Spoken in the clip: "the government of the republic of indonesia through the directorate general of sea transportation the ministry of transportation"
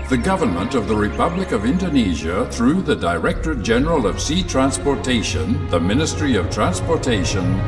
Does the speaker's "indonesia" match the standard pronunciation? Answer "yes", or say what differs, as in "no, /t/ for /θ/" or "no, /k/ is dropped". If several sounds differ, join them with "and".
yes